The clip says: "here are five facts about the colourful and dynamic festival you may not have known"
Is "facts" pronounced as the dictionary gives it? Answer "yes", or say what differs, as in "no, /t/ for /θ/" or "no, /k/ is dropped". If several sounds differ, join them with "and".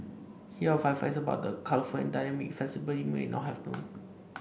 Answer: no, /k/ is dropped